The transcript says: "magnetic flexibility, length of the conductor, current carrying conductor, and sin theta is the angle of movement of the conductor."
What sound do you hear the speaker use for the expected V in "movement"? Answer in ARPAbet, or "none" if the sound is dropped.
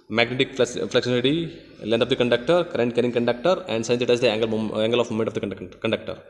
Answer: none